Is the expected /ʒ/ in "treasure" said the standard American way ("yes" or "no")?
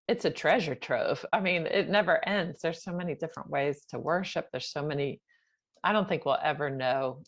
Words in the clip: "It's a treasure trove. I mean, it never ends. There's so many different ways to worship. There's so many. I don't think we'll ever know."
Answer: yes